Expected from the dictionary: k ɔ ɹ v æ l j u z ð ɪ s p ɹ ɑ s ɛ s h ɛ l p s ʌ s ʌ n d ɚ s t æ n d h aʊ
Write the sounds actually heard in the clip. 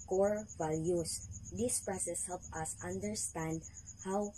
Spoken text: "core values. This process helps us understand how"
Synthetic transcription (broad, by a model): k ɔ ɹ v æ l j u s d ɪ s p ɹ ɑ s ɛ s h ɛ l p ʌ s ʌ n d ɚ s t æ n d h aʊ